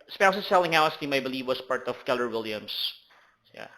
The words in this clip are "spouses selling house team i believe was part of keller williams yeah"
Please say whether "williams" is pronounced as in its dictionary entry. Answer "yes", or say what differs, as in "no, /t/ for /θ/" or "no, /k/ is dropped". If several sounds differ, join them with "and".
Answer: no, /s/ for /z/